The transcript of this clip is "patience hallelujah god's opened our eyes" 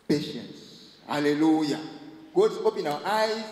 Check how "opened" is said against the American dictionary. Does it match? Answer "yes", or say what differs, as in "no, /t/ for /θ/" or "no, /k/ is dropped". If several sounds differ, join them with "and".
no, /d/ is dropped